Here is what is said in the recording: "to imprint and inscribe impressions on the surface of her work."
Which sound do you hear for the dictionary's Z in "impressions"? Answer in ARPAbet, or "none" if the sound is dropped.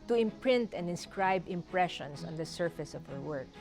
S